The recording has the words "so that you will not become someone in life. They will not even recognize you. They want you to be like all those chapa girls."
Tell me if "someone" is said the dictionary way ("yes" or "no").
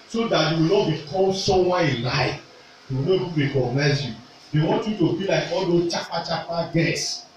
no